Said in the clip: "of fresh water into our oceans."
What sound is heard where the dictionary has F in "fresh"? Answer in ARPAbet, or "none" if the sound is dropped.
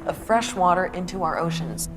F